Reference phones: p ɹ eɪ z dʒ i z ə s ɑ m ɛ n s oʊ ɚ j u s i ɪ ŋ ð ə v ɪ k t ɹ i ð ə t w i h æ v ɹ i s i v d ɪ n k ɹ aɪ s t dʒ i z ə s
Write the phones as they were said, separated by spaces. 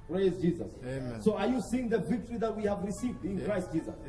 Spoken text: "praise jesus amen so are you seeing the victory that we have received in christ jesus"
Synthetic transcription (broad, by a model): p ɹ eɪ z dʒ i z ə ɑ s oʊ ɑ j u s i ɪ ŋ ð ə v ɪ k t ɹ i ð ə t w i h æ v ɹ i s i v d ɪ n k ɹ aɪ s t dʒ i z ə s